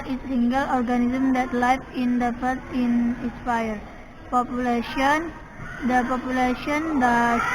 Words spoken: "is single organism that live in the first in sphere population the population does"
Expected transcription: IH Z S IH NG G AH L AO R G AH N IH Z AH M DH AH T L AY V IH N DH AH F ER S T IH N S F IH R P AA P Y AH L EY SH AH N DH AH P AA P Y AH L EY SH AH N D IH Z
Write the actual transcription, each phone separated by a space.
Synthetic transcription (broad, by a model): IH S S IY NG G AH L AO R G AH N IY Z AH M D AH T L AY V IH N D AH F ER T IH N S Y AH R P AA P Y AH L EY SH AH N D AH P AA P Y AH L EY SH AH N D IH